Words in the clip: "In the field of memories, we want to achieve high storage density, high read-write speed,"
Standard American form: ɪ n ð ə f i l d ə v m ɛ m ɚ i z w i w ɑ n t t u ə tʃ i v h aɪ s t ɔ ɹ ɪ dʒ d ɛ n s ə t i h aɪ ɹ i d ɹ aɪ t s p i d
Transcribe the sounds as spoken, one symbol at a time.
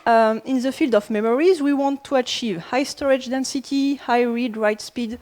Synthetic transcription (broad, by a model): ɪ n ð ə f i l d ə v m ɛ m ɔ i z w i w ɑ n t t u ə tʃ i v h aɪ s t ɔ ɹ ɪ dʒ d ɛ n s ə t i h aɪ ɹ i d ɹ aɪ t s p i d